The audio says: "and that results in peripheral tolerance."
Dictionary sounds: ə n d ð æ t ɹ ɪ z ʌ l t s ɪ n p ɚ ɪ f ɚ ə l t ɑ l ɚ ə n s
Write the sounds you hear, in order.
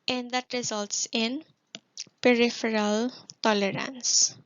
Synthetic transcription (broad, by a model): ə n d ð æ t ɹ ɪ z ʌ l t s ɪ n p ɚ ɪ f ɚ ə l t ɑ l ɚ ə n s